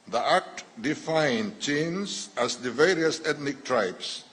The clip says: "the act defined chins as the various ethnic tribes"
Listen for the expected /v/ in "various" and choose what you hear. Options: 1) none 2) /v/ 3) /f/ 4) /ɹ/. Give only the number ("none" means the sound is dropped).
2